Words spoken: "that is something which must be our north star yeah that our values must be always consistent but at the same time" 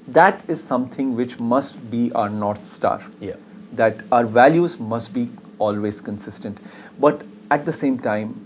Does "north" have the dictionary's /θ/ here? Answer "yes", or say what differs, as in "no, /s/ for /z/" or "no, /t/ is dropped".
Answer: no, /t/ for /θ/